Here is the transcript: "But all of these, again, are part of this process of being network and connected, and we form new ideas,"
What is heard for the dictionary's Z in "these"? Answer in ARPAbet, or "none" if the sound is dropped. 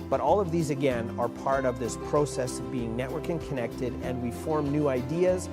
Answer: Z